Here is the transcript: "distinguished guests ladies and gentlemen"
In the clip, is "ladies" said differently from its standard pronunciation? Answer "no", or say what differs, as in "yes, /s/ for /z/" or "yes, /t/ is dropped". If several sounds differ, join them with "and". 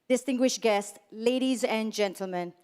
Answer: no